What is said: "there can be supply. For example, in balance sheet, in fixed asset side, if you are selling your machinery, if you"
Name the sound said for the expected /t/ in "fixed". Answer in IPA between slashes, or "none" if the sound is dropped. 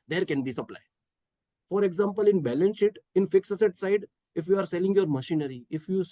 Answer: none